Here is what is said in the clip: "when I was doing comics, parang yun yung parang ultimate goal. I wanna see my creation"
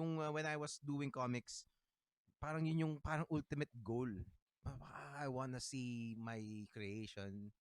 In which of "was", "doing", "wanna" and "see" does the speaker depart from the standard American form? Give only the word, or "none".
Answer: was